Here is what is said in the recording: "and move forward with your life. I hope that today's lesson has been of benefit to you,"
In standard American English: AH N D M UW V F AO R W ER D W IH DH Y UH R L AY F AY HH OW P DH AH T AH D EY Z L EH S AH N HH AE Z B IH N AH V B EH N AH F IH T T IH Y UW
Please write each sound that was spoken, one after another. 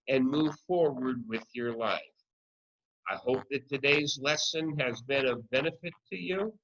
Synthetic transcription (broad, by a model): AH N M UW V F AO R W ER D W IH DH Y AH R L AY F AY HH OW P DH AH T AH D EY Z L EH S AH N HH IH Z B IH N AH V B EH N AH F IH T T IH Y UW